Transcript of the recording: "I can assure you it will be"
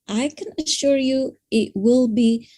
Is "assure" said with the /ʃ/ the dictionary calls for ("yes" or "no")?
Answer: yes